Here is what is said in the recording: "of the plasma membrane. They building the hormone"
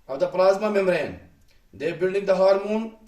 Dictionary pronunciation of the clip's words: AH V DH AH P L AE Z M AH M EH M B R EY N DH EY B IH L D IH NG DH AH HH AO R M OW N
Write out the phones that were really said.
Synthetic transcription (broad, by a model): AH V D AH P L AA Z M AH M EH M R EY N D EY B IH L D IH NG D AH HH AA R M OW N